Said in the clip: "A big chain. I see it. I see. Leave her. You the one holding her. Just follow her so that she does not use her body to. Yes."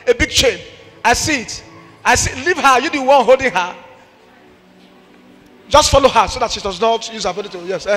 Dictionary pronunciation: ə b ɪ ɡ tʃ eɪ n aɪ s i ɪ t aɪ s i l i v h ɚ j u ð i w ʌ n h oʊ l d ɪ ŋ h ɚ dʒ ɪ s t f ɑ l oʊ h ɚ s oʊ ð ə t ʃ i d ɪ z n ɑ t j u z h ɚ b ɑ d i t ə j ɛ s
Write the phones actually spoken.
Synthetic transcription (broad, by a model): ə b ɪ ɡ tʃ eɪ n aɪ s i ɪ t aɪ s i l i v h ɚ j u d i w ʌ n h oʊ l d ɪ ŋ h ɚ dʒ ɪ s t f ɑ l oʊ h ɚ s oʊ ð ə t ʃ i d ɪ z n ɑ t j u z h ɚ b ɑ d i t ə j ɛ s